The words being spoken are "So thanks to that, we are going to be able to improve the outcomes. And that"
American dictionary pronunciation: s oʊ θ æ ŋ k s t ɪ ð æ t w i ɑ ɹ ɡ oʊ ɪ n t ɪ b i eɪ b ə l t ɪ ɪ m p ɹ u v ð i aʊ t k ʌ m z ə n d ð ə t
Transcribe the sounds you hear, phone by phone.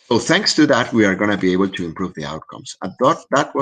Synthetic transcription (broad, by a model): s oʊ θ æ ŋ k s t ɪ ð æ t w i ɑ ɹ ɡ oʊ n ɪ b i eɪ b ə l t ɪ ɪ m p ɹ u v ð i aʊ t k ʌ m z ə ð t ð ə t